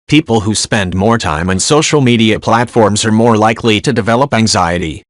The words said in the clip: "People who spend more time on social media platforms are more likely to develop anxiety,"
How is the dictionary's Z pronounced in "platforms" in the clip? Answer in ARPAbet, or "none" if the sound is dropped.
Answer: Z